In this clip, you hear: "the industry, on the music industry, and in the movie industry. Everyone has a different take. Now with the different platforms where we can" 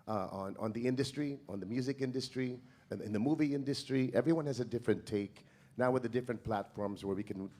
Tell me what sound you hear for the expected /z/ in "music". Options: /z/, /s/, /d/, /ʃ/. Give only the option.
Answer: /z/